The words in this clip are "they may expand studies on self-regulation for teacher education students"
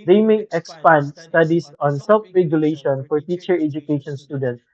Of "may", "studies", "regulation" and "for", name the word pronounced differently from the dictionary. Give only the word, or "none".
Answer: studies